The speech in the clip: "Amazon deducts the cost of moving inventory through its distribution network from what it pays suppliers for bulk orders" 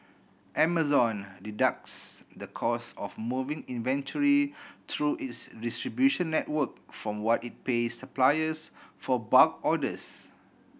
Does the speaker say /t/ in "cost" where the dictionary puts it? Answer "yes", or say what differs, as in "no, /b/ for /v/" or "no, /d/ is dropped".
no, /t/ is dropped